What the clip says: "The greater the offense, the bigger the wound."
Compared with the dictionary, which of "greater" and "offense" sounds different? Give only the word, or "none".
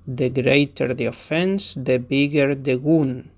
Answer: none